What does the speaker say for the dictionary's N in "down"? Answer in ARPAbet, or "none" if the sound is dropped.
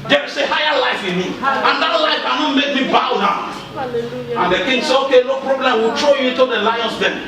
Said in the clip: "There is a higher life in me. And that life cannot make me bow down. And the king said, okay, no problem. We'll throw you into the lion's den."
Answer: none